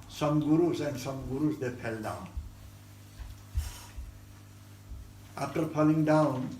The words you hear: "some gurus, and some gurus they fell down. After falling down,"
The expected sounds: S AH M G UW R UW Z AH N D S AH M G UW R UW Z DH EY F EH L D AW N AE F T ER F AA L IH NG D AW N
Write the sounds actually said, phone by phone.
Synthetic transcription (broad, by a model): S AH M G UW R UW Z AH N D S AH M G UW R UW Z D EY P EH L D AW N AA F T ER P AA L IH NG D AW N